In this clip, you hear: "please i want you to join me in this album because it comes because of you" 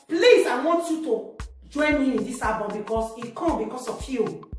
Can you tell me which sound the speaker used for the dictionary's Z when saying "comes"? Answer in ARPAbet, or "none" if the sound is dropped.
none